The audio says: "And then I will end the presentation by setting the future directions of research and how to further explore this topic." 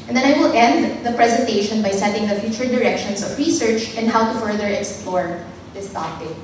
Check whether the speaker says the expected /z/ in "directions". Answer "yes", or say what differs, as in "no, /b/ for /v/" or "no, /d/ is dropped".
no, /s/ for /z/